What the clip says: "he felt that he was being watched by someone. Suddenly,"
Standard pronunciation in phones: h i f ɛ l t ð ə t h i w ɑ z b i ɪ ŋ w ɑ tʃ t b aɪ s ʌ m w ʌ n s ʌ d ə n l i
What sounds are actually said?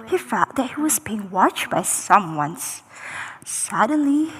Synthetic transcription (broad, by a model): h i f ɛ t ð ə t h i w ɑ z b i ɪ ŋ w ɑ tʃ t b aɪ s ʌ m w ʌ n s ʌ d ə n l i